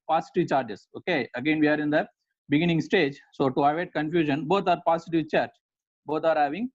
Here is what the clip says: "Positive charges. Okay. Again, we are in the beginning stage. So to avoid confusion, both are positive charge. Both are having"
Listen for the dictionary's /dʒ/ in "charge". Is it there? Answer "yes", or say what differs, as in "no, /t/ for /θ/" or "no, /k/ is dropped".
no, /tʃ/ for /dʒ/